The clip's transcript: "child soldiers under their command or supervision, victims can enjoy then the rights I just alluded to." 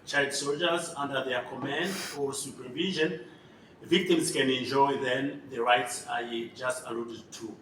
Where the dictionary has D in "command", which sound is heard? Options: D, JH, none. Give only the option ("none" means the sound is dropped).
D